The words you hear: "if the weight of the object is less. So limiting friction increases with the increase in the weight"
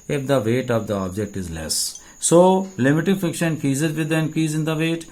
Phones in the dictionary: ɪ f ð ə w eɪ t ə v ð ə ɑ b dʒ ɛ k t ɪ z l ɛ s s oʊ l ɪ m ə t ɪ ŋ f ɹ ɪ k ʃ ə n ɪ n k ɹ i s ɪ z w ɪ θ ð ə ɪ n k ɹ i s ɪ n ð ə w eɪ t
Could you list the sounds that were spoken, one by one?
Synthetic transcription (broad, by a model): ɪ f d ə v eɪ t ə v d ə ɑ b dʒ ɛ k t ɪ z l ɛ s s oʊ l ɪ m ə t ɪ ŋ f ɪ k ʃ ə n n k i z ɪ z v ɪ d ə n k i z ɪ n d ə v eɪ t